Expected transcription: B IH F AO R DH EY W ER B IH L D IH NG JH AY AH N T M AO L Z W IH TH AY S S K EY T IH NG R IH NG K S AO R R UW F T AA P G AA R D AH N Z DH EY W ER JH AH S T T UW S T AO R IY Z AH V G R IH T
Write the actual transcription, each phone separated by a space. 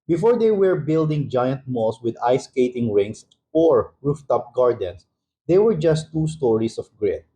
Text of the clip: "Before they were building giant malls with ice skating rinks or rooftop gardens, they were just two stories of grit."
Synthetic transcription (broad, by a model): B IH F AO R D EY W ER B IH L D IH NG JH AY AH N T M AO L S W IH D AY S S K EY T IH NG R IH NG S AO R R UW F T AA P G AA R D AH N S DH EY W ER JH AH S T T UW S T AO R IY S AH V G R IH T